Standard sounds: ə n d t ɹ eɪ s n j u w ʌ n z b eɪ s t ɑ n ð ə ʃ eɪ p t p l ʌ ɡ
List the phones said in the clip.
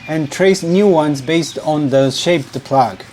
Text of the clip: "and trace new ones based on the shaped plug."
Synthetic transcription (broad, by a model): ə n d t ɹ eɪ s n j u w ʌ n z b eɪ s t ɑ n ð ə ʃ eɪ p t p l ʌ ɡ